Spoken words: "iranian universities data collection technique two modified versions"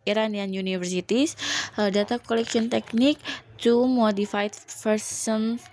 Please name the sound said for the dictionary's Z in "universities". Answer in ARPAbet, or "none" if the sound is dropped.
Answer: S